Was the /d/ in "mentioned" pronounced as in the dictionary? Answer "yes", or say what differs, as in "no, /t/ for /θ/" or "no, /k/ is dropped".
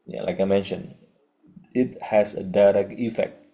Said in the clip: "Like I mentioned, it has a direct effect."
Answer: no, /d/ is dropped